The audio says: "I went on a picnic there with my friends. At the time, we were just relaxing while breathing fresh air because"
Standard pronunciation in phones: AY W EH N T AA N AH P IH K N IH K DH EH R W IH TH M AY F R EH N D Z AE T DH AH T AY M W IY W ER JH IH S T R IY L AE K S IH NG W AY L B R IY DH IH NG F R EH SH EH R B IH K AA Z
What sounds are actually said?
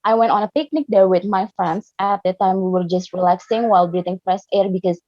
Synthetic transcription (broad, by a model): AY W EH N T AA N AH P IH K N IH K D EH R W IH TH M AY F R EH N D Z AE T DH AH T AY M W IY W ER JH IH S T R IY L AE K S IH NG W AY L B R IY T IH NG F R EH S EH R B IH K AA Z